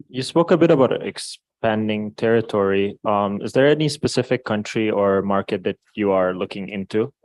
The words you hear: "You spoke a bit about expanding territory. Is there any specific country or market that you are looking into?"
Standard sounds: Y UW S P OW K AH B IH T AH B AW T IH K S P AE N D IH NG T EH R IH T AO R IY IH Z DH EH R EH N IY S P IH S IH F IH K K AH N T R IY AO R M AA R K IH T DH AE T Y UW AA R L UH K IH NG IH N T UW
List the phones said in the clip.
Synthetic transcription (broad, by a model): Y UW S P OW K AH B IH T AH B AW T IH K S P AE N D IH NG T EH R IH T AO R IY IH Z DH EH R EH N IY S P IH S IH F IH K K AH N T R IY AO R M AA R K IH T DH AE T Y UW AA R L UH K IH NG IH N T UW